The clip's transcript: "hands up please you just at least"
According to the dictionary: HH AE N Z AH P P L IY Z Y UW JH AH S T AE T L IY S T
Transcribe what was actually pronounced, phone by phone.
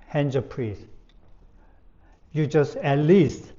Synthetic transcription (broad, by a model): HH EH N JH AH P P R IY S Y UW JH AH S T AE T L IY S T